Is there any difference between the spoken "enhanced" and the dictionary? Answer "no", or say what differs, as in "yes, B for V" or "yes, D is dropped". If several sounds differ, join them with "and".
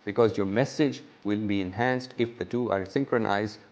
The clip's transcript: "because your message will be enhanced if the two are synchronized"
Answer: no